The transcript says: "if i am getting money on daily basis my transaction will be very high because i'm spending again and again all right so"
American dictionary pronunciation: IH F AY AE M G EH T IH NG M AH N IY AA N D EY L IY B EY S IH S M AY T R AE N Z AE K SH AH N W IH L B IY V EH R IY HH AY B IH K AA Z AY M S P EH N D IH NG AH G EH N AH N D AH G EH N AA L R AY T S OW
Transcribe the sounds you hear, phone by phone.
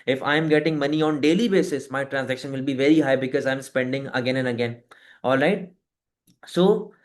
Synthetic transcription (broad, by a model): IH F AY M G EH T IH NG M AH N IY AA N D EY L IY B EY S IH S M AY T R AE N Z AE K SH AH N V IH L B IY V EH R IY HH AY B IH K AA Z AY M S P EH N D IH NG AH G EH N AH N D AH G EH N AA L R AY T S OW